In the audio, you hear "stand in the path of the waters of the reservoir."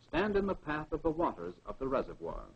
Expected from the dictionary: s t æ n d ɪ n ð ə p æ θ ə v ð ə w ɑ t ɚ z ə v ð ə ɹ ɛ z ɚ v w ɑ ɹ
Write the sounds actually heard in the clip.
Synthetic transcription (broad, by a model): s t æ n d ɪ n ð ə p æ θ ə v ð ə w ɑ t ɚ z ə v ð ə ɹ ɛ z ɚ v w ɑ ɹ